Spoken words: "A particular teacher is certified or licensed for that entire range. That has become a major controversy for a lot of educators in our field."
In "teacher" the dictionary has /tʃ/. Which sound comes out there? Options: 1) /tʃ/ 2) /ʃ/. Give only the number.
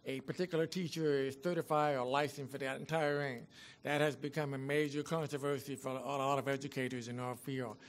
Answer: 1